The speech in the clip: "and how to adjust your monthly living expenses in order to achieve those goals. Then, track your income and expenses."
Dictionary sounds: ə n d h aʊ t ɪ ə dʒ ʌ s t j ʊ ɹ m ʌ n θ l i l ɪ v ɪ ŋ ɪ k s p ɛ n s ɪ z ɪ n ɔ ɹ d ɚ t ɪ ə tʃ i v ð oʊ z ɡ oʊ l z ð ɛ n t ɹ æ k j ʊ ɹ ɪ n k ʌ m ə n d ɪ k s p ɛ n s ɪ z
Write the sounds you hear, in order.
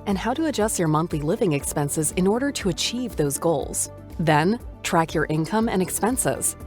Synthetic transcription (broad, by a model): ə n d h aʊ t ɪ ə dʒ ʌ s t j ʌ ɹ m ʌ n θ l i l ɪ v ɪ ŋ ɪ k s p ɛ n s ɪ z ɪ n ɔ ɹ d ɚ t ɪ ə tʃ i v ð oʊ z ɡ oʊ l z ð ɛ n t ɹ æ k j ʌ ɹ ɪ n k ʌ m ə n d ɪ k s p ɛ n s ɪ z